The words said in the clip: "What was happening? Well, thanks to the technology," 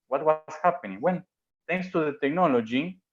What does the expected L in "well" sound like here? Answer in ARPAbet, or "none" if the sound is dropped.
N